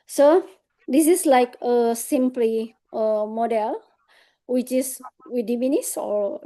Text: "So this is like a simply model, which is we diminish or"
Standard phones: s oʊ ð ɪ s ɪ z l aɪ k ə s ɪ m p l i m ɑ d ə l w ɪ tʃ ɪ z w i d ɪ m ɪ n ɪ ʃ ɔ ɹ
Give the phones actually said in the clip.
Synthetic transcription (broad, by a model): s oʊ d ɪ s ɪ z l aɪ k ə s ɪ m p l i m ɑ d ə l w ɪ tʃ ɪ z w i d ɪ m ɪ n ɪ s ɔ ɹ